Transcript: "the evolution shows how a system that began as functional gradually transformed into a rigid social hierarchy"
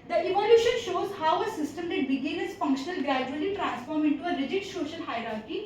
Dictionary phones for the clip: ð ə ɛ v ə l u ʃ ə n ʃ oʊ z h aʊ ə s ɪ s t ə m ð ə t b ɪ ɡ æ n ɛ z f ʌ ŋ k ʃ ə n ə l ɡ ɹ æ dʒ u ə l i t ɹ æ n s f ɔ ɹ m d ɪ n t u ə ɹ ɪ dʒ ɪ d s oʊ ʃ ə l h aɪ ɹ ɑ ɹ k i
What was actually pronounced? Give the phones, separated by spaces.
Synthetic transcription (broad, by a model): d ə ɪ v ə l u ʃ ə n ʃ oʊ z h aʊ ə s ɪ s t ə m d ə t b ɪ ɡ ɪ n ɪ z f ʌ ŋ k ʃ ə n ə l ɡ ɹ æ dʒ u ə l i t ɹ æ n s f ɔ ɹ m ɪ n t u ə ɹ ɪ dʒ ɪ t s oʊ ʃ ə l h aɪ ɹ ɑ ɹ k i